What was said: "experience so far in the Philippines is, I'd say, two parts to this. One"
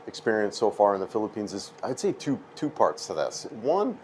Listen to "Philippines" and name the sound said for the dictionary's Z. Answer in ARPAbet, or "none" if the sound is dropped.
Z